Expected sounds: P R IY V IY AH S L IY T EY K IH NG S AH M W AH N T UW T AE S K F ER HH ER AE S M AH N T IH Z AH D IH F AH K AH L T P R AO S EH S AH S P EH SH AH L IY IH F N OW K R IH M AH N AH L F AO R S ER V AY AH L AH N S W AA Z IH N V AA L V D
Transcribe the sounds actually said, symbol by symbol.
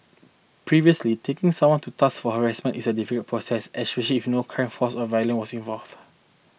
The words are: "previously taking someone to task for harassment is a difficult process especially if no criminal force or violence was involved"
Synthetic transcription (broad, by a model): P R IY V IY AH S L IY T EY K IH NG S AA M W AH N T UW T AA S F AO HH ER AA S M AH N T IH S AH D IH F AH K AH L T P R AO S EH S AH S P EH SH AH L IY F N OW K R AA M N F AO S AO V AY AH L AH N W AA S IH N V AA L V